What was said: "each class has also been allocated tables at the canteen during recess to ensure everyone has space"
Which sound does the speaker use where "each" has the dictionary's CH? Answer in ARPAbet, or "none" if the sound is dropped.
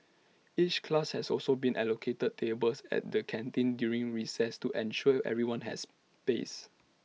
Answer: CH